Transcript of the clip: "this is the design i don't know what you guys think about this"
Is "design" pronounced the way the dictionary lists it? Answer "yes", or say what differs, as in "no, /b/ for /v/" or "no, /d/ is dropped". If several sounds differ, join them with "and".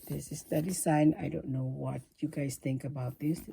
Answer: no, /s/ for /z/